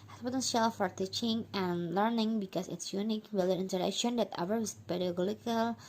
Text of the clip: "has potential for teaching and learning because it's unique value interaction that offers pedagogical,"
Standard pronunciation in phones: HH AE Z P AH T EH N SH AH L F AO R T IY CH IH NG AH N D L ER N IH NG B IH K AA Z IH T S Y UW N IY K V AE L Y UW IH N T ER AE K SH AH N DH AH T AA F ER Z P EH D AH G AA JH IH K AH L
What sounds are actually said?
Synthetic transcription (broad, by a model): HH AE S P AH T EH N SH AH L F AO R T IY CH IH NG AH N L ER N IH NG B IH K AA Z IH T S Y UW N IY K W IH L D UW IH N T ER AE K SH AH N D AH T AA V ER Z P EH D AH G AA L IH K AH L